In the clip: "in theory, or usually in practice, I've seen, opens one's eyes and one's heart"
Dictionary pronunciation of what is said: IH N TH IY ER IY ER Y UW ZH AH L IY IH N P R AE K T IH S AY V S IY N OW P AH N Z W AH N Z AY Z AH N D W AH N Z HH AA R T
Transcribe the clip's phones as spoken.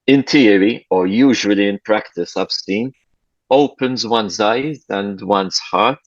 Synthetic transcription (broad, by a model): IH N T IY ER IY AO Y UW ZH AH L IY IH N P R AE K T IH S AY B S IY N OW P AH N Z W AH N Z AY Z AH N D W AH N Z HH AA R T